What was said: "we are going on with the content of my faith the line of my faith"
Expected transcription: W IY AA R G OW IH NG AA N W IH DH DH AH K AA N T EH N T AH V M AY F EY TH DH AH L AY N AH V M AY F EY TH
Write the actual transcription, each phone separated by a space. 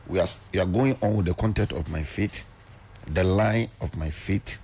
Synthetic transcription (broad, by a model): W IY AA W G OW IH NG AA N W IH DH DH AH K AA N T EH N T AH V M AY F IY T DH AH L AY N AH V M AY F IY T